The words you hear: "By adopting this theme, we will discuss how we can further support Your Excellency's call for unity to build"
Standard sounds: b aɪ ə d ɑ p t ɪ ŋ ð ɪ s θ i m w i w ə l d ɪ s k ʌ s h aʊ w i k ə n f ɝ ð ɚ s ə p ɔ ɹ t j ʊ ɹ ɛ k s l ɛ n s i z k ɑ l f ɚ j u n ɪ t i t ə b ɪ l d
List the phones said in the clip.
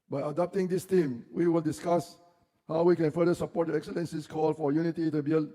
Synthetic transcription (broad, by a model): b aɪ ə d ɑ p t ɪ ŋ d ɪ s t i m w i w ə l d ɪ s k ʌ s h aʊ w i k ə n f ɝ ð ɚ s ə p ɔ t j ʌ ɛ k s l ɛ n s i s k ɑ l f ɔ j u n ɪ t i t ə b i l